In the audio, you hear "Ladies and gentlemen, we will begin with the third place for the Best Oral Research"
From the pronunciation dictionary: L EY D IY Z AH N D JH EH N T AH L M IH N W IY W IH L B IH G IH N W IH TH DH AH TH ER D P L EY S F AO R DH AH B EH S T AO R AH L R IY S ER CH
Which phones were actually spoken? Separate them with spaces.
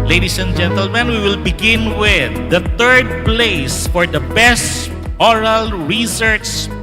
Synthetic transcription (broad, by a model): L EY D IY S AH N JH EH N T AH L M IH N W IY W IH L B IH G IH N W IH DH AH T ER D P L EY S F AO R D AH B EH S T AO R AH L R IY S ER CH